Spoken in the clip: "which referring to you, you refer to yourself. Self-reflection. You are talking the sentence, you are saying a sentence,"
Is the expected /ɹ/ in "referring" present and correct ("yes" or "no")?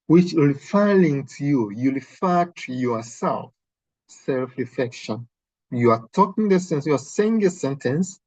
no